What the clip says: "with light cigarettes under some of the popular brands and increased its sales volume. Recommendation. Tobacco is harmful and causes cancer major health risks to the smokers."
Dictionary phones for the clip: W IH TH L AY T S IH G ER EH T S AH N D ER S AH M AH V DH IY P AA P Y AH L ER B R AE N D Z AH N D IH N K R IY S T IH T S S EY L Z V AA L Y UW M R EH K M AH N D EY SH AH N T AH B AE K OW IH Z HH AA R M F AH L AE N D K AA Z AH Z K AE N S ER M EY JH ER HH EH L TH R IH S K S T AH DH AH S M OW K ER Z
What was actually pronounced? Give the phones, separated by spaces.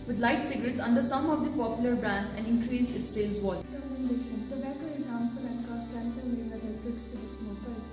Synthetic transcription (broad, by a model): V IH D L AY T S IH G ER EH T S AH N D ER S AH M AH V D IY P AA P Y AH L ER B R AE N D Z AH N D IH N K R IY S IH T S S EY L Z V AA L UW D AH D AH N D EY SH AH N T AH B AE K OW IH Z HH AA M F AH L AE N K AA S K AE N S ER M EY Z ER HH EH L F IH K S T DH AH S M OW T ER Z